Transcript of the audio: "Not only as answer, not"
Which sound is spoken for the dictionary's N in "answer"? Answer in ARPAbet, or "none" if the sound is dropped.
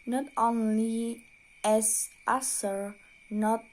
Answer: none